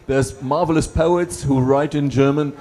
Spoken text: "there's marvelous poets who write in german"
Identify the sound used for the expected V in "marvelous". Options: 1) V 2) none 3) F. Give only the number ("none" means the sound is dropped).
1